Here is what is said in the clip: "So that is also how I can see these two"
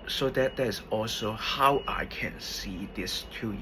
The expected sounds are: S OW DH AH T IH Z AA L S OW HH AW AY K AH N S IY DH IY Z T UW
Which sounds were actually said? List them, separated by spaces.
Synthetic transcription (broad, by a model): S OW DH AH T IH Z AA L S OW HH AW AY K AH N S IY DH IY S T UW